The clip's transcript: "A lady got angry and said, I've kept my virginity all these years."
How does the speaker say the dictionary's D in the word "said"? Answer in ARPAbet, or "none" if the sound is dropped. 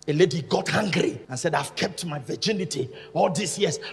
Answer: D